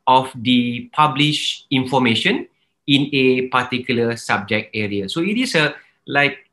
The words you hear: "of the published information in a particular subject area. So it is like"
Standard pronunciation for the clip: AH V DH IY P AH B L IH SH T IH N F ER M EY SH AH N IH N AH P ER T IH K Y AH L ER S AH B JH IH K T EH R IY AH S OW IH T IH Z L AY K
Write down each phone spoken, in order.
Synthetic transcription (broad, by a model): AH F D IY P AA B L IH SH IH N F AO M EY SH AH N IH N AH P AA T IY K Y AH L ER S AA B JH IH K T EH R IY AH S OW IH T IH S L AY K